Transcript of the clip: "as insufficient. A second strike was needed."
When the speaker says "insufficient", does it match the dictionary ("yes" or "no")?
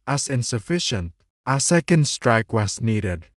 yes